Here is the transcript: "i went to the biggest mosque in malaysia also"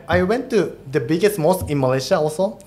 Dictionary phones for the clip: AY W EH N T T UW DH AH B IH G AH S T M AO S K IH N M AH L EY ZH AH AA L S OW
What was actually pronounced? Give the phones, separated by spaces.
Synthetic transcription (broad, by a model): AY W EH N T T UW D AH B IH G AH S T M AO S IH N M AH L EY SH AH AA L S OW